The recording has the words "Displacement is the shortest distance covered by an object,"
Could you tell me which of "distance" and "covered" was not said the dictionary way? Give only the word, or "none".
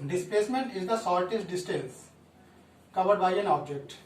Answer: distance